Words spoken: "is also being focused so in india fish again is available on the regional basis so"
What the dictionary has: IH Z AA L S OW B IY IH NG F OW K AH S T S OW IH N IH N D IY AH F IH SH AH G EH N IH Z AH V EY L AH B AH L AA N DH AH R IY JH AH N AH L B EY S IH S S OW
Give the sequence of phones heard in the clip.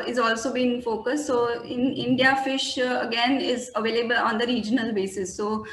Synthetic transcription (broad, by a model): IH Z AA L S OW B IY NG F OW K AH S T S OW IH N IH N D IY AH F IH SH AH G EH N IH Z AH V EY L AH B AH L AA N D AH R IY JH AH N AH L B EY S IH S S OW